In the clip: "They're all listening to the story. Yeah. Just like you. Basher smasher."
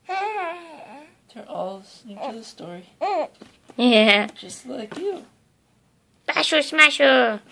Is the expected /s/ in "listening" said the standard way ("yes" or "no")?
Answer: no